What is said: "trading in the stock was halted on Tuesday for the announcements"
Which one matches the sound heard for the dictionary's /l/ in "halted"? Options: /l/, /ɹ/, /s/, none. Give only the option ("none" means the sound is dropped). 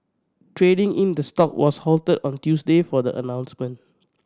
/l/